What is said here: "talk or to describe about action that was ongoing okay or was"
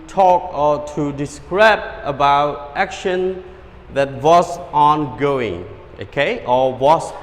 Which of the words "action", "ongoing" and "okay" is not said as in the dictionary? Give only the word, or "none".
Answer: none